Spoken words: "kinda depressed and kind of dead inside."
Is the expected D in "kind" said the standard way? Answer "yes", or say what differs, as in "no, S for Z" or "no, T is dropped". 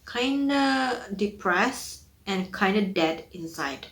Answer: yes